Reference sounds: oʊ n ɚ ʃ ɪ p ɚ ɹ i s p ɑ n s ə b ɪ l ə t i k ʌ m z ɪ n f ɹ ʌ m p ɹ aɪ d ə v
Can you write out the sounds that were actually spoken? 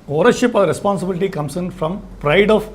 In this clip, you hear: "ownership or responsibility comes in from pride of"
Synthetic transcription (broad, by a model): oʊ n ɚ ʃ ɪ p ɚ ɹ i s p ɑ n s ə b ɪ l ə t i k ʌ m s ɪ n f ɹ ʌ m p ɹ aɪ d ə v